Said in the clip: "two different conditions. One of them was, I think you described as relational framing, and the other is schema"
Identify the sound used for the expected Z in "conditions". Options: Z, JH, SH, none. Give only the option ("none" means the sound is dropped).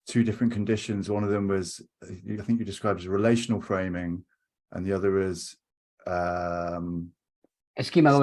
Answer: Z